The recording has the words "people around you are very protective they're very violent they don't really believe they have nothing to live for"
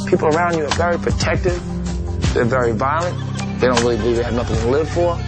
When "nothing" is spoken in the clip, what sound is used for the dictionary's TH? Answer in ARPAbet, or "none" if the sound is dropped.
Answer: TH